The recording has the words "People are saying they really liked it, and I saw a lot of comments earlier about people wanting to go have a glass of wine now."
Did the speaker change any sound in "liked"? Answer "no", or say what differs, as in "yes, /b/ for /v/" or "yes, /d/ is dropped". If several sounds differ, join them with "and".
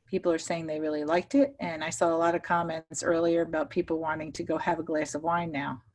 no